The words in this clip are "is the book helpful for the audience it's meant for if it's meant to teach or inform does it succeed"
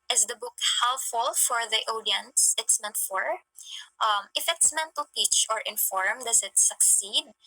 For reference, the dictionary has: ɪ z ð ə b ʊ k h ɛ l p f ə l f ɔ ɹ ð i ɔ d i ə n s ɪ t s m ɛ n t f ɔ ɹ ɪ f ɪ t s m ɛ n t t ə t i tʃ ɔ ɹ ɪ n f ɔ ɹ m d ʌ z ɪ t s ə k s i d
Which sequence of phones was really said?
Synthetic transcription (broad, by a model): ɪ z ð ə b ʊ k h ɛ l f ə l f ɔ ɹ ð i ɔ d i ə n s ɪ t s m ɛ n t f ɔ ɹ ɪ f ɪ t s m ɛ n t t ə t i tʃ ɔ ɹ ɪ n f ɔ ɹ m d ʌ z ɪ t s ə k s i d